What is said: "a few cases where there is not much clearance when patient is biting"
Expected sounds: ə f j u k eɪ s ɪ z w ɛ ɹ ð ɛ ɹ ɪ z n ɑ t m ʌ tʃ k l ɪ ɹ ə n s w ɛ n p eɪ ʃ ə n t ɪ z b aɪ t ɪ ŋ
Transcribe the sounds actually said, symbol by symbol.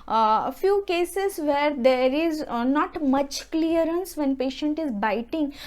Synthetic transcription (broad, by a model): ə f j u k eɪ s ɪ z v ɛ ɹ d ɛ ɹ ɪ z n ɑ t m ʌ tʃ k l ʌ ɹ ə n s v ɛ n p eɪ ʃ ə n t ɪ z b aɪ t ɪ ŋ